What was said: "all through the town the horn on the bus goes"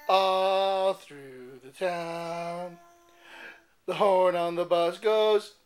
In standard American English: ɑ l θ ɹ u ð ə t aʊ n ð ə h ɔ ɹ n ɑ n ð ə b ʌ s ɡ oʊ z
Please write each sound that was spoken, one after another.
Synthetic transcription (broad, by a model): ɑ l θ ɹ u ð ə t aʊ n ð ə h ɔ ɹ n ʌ n ð ə b ʌ s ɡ oʊ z